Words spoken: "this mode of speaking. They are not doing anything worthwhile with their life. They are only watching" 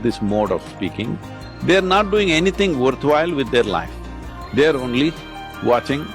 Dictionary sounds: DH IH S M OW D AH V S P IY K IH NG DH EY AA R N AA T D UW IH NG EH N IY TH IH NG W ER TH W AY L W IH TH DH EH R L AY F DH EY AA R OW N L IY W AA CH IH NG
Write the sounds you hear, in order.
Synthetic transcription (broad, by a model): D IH S M OW D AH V S P IY K IH NG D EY AA R N AA T D UW IH NG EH N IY T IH NG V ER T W AY L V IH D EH R L AY F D EY AA R OW N L IY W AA CH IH NG